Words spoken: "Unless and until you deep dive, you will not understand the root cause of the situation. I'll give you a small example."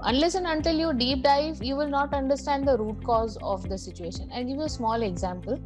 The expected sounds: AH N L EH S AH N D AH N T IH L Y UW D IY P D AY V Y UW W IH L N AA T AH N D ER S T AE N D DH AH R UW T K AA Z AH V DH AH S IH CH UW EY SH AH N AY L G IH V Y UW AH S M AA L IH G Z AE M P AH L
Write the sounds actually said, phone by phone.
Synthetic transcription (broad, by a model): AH N L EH S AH N AH N T IH L Y UW D IY P D AY V Y UW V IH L N AA T AH N D ER S T AE N D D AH R UW T K AA Z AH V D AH S IH CH UW EY SH AH N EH N G IH V Y UW AH S M AA L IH G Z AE M P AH L